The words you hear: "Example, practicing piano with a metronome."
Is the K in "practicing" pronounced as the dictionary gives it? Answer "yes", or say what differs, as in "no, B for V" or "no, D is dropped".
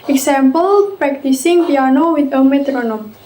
yes